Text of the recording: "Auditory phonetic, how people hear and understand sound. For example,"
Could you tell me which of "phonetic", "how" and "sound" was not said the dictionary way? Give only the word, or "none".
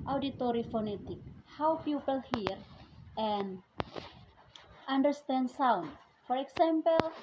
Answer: none